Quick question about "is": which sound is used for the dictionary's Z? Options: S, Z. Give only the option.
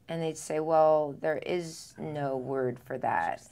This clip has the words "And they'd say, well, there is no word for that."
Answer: Z